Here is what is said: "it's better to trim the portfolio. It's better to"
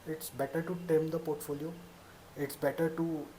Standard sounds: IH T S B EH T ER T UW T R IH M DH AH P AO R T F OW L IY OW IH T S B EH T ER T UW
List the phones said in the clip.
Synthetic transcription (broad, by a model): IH T S B EH T ER T UW T EH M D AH P AO R T F OW L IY OW IH T S B EH T ER T UW